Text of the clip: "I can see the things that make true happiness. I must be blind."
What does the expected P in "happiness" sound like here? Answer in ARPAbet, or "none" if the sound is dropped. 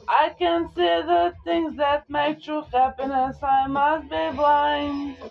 P